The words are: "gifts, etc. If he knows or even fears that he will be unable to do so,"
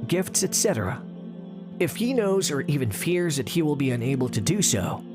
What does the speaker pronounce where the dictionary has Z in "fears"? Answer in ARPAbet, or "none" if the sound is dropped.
Z